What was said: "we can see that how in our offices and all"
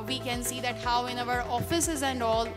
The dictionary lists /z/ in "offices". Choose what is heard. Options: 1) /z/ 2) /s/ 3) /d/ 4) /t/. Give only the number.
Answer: 1